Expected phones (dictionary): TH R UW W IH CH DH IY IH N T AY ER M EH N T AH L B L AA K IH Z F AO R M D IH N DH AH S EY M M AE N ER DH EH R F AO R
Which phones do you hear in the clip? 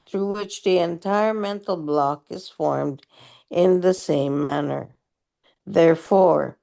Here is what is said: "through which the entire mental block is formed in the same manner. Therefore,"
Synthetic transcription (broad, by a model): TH R UW W IH CH DH IY IH N T AY ER M EH N T L B L AA K IH Z F AO R M D IH N DH AH S EY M M AE N ER DH EH R F AO R